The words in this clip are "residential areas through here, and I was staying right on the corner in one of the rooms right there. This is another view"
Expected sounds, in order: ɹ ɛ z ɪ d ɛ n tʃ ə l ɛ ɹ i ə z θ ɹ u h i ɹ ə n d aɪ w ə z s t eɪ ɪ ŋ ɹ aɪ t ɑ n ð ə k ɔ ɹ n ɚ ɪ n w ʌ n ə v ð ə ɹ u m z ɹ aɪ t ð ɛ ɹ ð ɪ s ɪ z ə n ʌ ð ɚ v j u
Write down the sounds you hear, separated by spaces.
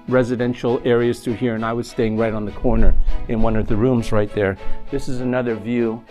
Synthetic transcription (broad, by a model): ɹ ɛ z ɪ d ɛ n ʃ l ɛ ɹ i ə z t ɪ h i ɹ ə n aɪ w ə z s t eɪ ɪ ŋ ɹ aɪ t n ð ə k ɔ ɹ n ɚ ɪ n w ʌ n ə v ð ə ɹ u m z ɹ aɪ t ð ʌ ɹ ð ɪ s ɪ z ə n ʌ ð ɚ v j u